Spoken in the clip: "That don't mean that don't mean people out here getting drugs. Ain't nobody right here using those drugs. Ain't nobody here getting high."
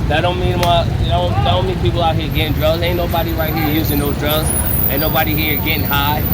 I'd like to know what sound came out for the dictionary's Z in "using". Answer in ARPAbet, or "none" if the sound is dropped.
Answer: Z